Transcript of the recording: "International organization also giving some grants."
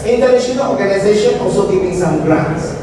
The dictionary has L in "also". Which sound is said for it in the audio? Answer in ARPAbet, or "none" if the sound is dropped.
L